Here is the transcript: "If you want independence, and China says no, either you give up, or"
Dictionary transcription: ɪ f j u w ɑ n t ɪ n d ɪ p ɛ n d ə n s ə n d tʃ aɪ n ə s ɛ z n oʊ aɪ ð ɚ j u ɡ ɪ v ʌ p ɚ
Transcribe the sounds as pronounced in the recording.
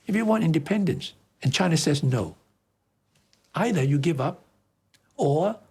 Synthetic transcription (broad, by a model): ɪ f j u w ɑ n t ɪ n d ɪ p ɛ n d ə n s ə n tʃ aɪ n ə s ɛ z n oʊ aɪ ð ɚ j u ɡ ɪ v ʌ p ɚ